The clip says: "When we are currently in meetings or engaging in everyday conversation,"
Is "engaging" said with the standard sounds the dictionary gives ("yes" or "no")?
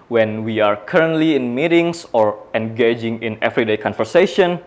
yes